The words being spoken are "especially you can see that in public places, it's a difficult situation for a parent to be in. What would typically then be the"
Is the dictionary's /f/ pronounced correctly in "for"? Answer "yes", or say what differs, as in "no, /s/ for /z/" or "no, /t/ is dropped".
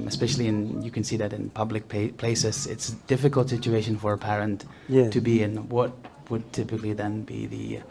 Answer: yes